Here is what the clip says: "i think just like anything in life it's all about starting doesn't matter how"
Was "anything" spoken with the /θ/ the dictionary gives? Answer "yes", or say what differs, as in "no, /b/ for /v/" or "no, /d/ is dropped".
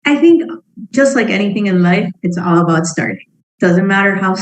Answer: yes